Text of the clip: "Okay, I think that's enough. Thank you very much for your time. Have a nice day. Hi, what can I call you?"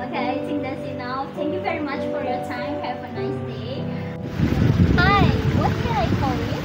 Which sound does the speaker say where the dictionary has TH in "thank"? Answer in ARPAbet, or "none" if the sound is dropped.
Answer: T